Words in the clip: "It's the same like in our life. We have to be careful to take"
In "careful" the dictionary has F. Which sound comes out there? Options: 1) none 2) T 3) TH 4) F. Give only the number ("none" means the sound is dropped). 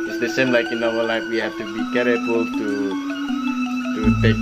1